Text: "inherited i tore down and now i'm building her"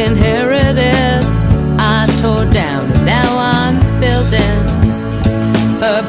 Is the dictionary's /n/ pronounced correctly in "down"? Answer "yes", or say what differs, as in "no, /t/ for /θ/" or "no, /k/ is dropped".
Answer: no, /n/ is dropped